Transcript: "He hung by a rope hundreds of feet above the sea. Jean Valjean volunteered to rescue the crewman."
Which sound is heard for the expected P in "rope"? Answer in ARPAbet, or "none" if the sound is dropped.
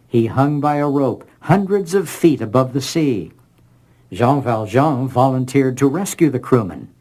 P